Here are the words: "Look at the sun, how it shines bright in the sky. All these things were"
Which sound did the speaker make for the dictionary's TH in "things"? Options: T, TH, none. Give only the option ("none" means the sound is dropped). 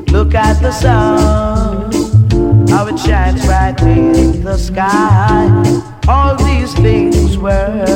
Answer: TH